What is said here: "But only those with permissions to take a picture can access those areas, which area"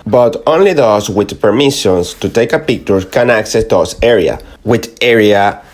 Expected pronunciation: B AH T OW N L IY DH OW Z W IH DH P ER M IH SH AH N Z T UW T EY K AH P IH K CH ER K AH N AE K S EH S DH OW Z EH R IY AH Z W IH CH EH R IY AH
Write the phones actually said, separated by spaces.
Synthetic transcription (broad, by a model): B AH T OW N L IY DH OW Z W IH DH P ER M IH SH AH N S T UW T EY K AH P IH K CH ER K AH N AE K S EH S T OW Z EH R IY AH W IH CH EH R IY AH